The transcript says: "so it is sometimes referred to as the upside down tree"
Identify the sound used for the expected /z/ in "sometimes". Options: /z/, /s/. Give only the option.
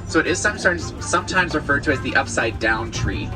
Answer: /z/